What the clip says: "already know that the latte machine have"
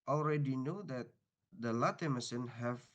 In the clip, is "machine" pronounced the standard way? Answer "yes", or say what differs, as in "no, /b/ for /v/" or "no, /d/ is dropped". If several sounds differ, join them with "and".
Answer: no, /s/ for /ʃ/